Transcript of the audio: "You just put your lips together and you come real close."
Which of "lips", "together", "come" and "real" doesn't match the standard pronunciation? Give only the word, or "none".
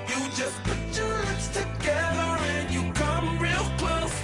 lips